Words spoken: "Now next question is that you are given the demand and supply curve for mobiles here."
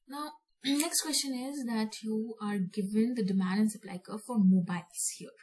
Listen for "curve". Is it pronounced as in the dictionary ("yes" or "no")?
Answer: no